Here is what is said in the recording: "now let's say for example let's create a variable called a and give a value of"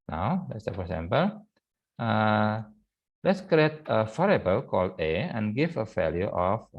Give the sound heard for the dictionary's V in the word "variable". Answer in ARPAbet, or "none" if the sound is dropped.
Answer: F